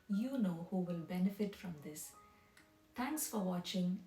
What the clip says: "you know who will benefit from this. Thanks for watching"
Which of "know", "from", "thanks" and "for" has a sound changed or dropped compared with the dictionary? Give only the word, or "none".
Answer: thanks